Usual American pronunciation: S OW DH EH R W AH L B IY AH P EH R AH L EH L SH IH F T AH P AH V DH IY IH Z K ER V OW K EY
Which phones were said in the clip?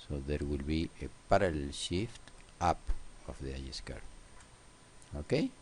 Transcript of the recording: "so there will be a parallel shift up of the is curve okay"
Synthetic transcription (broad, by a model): S OW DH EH R W AH L B IY AH P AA R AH L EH L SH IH F T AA P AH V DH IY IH S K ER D OW K EY